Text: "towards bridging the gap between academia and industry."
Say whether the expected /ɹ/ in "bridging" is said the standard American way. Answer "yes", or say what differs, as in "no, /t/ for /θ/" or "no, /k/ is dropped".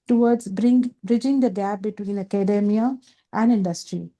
yes